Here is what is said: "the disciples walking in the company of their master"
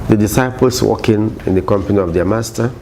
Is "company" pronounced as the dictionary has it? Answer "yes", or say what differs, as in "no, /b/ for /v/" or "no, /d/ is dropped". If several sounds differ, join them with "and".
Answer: yes